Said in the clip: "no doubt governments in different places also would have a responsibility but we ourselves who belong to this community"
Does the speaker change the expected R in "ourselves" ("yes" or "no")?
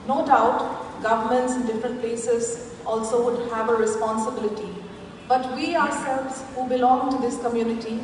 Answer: no